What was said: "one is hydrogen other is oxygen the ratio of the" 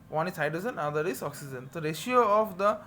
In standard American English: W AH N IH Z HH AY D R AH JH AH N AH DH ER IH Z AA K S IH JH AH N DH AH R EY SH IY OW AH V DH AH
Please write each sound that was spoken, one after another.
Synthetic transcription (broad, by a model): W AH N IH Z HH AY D AH Z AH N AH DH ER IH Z AA K S IH JH AH N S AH R EY SH IY OW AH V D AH